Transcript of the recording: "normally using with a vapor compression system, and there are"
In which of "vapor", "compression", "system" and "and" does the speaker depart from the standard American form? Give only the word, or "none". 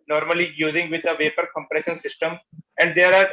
none